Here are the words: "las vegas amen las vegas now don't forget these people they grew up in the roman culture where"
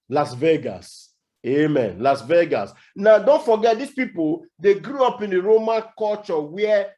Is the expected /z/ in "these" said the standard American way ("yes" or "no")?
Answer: no